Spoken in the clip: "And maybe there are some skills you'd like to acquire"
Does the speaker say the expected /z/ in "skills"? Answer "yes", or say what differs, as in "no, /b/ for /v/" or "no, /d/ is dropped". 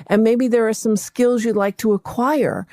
yes